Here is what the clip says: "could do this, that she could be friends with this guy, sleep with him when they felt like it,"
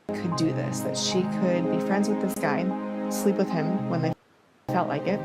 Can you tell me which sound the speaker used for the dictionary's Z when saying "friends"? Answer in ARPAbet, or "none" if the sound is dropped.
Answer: Z